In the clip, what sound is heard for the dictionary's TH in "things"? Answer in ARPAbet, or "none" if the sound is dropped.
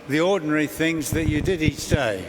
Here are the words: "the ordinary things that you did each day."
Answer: TH